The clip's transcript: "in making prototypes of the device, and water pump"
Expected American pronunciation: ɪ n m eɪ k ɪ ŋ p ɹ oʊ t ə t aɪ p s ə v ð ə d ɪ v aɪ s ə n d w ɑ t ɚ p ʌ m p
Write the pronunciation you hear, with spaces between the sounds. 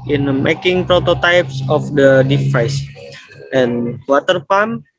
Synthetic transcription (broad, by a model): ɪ n m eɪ k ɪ ŋ p ɹ oʊ t ə t aɪ p s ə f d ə d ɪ f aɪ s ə n w ɑ t ɚ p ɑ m